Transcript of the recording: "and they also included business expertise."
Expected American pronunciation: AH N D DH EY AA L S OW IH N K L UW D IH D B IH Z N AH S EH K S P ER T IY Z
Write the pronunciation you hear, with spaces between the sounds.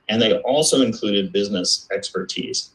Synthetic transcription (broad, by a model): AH N DH EY AA L S OW IH N K L UW D IH D B IH Z N AH S EH K S P ER T IY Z